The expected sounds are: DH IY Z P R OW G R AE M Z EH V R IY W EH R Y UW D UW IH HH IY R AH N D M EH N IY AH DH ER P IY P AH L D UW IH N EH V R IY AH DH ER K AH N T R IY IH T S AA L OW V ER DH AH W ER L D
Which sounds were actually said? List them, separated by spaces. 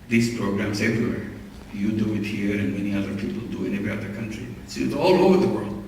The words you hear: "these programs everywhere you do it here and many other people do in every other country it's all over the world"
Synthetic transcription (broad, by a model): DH IY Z P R OW G R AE M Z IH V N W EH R Y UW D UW IH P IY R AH N M EH N IY AH DH ER P IY P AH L D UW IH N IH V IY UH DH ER K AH N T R IY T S AA L OW V ER DH AH W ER L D